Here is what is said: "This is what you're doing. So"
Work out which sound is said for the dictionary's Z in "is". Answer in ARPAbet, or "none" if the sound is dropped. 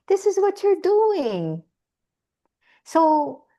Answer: Z